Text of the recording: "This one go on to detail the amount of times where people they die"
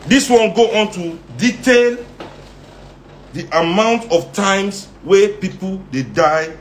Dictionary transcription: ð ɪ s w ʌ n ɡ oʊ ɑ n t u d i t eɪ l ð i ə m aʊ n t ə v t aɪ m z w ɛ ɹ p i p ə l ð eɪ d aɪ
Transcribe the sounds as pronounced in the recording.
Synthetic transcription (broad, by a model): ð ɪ s w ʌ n ɡ oʊ ɑ n t u d i t eɪ l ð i ə m aʊ n t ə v t aɪ m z w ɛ p i p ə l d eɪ d aɪ